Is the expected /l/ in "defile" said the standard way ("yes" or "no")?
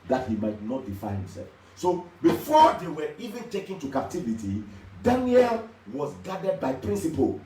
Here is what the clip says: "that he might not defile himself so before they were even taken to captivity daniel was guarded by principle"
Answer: no